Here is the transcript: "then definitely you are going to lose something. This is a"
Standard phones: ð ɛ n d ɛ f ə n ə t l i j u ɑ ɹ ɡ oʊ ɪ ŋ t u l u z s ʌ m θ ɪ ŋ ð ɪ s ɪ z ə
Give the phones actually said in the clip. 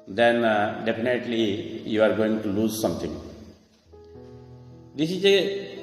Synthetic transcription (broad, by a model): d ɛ n d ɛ p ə n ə t l i j u ɑ ɹ ɡ oʊ ɪ ŋ t u l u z s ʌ m t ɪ ŋ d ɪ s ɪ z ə